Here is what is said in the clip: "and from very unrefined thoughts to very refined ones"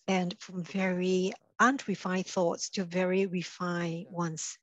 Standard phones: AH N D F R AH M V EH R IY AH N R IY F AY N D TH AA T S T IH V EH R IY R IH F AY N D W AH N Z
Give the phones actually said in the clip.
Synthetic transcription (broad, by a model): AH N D F R AH M V EH R IY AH N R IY F AY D TH AA T S T IH V EH R IY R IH F AY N W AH N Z